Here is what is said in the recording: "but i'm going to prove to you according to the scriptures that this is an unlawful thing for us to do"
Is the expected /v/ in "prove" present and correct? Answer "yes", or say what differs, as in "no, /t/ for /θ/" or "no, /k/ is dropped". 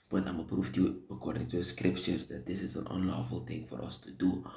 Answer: no, /f/ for /v/